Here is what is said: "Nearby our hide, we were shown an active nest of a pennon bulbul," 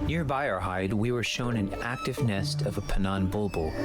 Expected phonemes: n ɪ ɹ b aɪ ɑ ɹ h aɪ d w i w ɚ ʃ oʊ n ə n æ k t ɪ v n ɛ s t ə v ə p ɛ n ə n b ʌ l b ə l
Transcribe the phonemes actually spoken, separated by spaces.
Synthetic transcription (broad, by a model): n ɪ ɹ b aɪ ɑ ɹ h aɪ d w i w ɚ ʃ oʊ n ə n æ k t ɪ v n ɛ s t ə v ə p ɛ n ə n b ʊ l b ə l